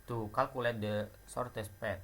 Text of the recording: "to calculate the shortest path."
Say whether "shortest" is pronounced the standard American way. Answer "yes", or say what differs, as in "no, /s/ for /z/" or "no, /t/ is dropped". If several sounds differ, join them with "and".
no, /s/ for /ʃ/